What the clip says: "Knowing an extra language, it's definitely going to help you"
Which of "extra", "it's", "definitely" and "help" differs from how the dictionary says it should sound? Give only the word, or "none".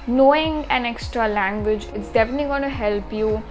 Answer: none